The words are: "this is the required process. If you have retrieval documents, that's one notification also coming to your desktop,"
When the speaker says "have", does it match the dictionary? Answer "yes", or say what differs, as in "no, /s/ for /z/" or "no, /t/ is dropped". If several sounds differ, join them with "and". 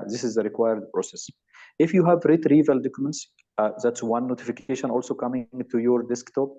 yes